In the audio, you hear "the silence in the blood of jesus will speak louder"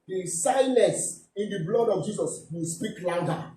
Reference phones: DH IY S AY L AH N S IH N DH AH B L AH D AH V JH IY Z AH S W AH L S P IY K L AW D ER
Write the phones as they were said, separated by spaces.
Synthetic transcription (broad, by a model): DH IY S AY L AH S IH N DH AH B L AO D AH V JH IY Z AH S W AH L S P IY K L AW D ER